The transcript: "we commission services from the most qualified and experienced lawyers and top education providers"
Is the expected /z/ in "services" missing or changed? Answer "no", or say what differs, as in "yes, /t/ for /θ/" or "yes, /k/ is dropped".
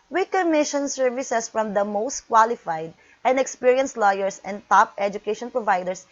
yes, /s/ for /z/